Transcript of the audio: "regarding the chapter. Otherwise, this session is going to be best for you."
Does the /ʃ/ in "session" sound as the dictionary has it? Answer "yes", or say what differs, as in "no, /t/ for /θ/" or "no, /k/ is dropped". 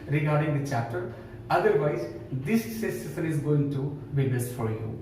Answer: no, /s/ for /ʃ/